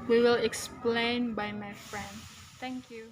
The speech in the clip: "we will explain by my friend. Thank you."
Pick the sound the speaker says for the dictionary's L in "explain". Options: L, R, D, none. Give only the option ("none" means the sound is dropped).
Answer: L